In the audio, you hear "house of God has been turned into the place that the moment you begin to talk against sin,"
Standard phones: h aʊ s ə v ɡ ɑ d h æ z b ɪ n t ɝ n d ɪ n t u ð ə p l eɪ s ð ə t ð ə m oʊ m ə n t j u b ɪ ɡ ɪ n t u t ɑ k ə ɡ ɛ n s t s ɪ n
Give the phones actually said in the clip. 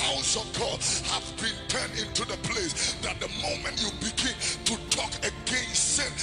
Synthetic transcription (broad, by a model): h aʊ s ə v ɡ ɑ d h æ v b ɪ n t ɝ n d ɪ n t u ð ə p l eɪ s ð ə t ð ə m oʊ m ə n t j u b ɪ ɡ ɪ n t u t ɑ k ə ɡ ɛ n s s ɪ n